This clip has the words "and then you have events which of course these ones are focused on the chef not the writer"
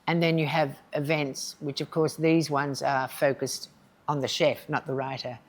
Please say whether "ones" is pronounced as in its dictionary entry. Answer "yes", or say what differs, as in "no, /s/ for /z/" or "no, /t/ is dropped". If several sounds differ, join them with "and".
yes